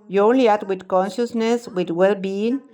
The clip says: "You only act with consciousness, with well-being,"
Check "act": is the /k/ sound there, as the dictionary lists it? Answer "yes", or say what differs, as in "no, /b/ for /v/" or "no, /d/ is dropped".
no, /k/ is dropped